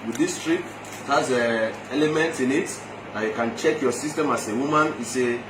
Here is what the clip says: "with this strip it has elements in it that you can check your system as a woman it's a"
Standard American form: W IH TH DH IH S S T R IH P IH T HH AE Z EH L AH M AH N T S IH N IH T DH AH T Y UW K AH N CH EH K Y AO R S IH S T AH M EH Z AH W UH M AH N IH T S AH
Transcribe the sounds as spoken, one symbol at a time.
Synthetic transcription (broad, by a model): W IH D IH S S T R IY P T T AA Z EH L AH M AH N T IH N IH T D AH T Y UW K AH N CH EH K Y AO S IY S T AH M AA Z AH W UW M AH N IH S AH